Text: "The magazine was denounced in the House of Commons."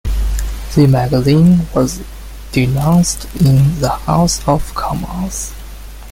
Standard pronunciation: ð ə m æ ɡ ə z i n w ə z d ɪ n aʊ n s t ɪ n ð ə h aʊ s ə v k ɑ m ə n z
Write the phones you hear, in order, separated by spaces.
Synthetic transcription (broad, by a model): ð ə m æ ɡ ə z i n w ə z d ɪ n aʊ n s t ɪ n ð ə h aʊ s ə v k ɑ m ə z